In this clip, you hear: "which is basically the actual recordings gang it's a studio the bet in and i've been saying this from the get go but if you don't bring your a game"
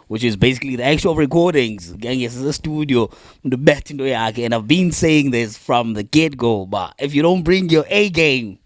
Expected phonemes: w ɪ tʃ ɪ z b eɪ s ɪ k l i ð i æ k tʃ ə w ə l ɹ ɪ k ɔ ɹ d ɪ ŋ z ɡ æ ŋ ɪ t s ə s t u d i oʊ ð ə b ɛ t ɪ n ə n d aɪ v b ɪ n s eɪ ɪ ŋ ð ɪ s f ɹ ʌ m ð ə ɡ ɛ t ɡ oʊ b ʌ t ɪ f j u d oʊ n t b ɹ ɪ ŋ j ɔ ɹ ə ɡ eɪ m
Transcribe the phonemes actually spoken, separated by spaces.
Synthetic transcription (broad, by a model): w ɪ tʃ ɪ z b eɪ s ɪ k l i ð i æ k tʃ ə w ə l ɹ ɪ k ɔ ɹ d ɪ ŋ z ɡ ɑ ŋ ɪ s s ə s t u d i oʊ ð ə b ɛ t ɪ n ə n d aɪ v b ɪ n s eɪ ɪ ŋ ð ɪ s f ɹ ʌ m ð ə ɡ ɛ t ɡ oʊ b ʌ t ɪ f j u d oʊ n t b ɹ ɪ ŋ j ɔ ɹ ə ɡ eɪ m